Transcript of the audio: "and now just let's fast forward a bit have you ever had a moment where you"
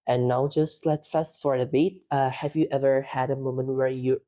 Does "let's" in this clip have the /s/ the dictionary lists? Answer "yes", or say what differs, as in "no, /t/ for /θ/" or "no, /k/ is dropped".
no, /s/ is dropped